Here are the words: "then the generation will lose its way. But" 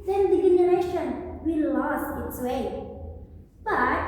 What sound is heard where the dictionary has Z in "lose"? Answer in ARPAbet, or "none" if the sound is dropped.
S